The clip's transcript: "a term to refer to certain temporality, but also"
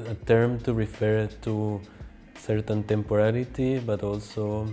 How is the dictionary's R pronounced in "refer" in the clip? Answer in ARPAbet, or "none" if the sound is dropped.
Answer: R